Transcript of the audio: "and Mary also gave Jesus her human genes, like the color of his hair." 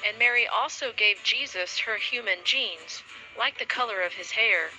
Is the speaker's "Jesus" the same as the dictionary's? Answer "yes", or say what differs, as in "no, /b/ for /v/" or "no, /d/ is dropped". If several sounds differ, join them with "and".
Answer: yes